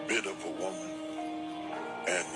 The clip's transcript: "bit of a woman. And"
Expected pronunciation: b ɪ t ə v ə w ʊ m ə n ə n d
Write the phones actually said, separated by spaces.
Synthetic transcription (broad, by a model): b ɪ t ə v ə w ʊ m ə n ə n